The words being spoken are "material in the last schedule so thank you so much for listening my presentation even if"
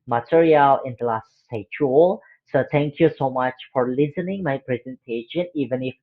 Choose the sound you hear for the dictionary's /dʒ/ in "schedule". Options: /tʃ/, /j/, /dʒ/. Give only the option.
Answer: /tʃ/